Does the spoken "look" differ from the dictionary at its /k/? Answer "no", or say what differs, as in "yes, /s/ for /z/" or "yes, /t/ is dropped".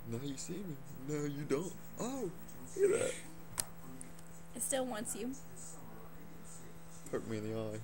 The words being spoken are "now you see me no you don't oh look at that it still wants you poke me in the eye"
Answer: yes, /k/ is dropped